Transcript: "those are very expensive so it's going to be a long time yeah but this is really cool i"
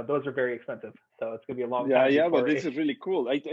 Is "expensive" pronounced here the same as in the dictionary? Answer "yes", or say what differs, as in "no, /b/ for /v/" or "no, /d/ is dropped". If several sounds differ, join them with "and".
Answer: yes